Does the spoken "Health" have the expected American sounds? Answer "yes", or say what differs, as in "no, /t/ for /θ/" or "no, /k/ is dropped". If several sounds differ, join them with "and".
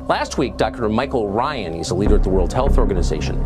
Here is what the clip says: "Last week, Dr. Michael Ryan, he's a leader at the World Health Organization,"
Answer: yes